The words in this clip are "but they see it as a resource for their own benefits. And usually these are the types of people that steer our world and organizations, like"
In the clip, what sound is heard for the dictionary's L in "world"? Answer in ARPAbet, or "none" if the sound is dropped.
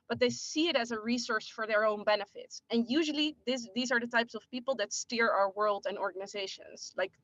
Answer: L